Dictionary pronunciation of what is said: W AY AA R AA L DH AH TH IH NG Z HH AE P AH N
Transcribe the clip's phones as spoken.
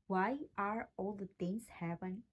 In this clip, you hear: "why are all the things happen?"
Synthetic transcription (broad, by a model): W AY AA R AA L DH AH T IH NG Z HH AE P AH N